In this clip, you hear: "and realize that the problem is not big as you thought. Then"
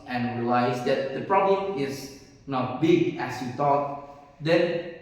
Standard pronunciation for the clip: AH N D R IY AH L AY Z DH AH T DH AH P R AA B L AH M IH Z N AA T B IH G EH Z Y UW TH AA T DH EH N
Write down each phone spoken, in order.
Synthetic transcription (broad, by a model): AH N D R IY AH L AY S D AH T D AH P R AA B L AH M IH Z N AA T B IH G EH S Y UW T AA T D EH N